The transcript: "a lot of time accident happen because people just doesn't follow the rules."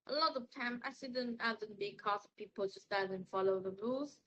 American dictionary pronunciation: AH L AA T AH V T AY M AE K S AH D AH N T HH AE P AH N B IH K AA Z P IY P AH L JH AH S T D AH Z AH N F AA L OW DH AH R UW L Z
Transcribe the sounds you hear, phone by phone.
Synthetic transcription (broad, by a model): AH L AA T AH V T AY M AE S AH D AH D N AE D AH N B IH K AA S P IY P AH L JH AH S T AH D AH N F AA L OW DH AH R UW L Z